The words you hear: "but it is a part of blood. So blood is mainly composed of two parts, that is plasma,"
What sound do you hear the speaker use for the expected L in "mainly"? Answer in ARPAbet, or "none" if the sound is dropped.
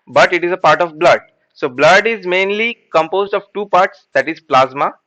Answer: L